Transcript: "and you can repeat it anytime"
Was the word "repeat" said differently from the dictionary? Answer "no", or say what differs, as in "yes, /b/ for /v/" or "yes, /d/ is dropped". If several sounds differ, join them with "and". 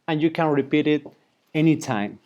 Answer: no